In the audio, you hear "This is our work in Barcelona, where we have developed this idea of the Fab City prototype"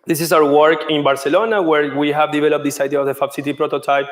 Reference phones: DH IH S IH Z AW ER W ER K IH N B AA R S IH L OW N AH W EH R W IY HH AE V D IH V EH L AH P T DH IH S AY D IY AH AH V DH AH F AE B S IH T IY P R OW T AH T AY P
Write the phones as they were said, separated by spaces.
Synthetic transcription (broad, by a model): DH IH S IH S AW ER W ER K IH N B AA R S IH L OW N AH W EH R W IY HH AE V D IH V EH L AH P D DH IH S AY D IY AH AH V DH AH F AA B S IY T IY P R OW T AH T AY P